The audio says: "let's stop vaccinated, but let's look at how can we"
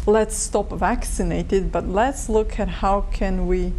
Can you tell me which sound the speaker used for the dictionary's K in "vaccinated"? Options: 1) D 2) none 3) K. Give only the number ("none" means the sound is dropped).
3